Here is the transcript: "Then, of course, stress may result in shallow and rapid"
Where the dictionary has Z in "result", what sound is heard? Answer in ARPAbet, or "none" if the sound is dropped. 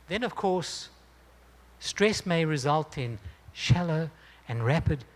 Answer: Z